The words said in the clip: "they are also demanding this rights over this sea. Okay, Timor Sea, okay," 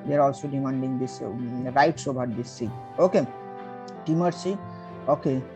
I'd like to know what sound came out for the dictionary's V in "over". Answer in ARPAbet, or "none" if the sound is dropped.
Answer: B